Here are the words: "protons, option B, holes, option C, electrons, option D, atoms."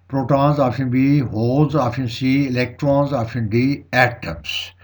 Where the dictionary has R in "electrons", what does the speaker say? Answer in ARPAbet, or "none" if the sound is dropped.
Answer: R